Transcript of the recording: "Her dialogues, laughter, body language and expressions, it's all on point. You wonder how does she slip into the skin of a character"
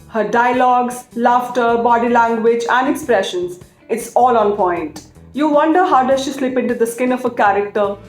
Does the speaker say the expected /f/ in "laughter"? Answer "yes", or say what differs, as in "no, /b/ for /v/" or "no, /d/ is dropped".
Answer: yes